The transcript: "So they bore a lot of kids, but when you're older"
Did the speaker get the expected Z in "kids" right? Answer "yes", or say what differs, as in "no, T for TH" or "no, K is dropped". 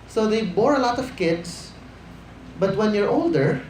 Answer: no, S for Z